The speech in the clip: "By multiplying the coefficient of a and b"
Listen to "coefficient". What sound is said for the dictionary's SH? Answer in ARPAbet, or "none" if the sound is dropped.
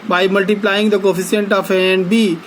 S